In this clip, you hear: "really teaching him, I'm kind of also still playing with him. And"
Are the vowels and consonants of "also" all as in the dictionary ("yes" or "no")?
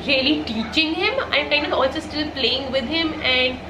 yes